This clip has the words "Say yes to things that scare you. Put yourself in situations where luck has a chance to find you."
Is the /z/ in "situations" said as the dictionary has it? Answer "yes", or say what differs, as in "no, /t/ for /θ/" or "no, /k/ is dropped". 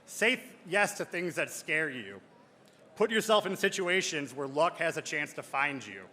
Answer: yes